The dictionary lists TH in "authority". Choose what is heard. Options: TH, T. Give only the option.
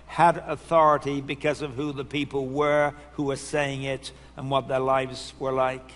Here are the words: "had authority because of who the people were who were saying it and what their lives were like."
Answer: TH